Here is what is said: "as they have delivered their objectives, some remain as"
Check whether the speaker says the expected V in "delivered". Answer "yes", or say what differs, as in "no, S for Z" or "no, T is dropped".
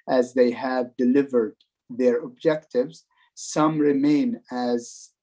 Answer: yes